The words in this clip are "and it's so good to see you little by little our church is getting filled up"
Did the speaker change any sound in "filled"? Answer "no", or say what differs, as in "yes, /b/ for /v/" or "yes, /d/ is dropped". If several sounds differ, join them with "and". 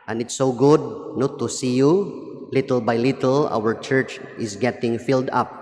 no